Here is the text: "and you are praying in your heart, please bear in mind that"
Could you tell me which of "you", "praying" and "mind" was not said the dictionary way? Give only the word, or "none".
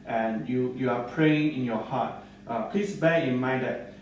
mind